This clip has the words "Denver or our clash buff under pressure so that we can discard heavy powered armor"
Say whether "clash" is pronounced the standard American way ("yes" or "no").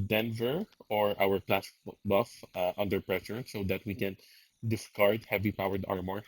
no